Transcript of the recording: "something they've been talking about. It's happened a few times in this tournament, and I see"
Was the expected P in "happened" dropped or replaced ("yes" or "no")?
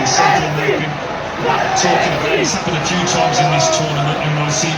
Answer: yes